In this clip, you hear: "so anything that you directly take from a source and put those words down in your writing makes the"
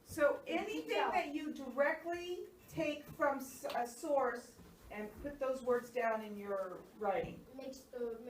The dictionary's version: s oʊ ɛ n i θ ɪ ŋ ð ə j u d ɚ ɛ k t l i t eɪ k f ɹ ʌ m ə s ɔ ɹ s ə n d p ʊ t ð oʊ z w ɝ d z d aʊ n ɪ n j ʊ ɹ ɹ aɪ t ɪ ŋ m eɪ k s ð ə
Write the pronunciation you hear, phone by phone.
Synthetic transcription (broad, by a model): s oʊ ɛ n i θ ɪ ŋ ð ə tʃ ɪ d ɚ ɛ k t l i t eɪ k f ɹ ʌ m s s ɔ ɹ s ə n p ʊ t ð oʊ z w ɝ d z d aʊ n ɪ n j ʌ ɹ ɹ aɪ t ɪ ŋ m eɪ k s